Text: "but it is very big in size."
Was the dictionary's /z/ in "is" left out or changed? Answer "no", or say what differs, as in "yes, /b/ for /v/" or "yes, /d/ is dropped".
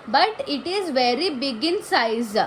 no